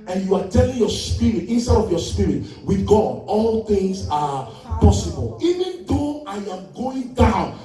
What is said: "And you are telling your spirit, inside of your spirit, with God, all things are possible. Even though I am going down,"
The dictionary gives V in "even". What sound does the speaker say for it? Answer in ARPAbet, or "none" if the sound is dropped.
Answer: V